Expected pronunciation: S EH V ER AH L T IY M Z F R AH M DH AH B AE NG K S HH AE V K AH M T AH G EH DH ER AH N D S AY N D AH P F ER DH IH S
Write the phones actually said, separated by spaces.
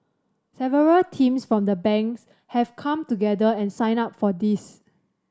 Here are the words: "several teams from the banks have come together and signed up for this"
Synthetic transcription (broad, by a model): S EH V ER AH L T IY M S F R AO M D AH B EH NG K S HH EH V K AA M T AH G EH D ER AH N S AY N AA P F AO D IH S